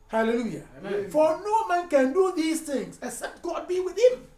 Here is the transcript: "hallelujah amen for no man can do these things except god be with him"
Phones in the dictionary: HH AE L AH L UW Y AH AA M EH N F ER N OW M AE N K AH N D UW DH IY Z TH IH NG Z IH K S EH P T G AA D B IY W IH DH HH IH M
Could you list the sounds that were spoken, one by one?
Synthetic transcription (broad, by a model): HH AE L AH L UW Y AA F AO N OW M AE N K AH N D UW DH IY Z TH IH NG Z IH S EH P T G AA D B IY W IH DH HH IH M